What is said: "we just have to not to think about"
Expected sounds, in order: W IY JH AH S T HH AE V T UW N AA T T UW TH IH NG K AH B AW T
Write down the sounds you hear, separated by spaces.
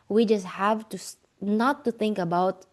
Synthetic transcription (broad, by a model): W IY JH AH S T HH AE V T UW N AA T T UW TH IH NG K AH B AW T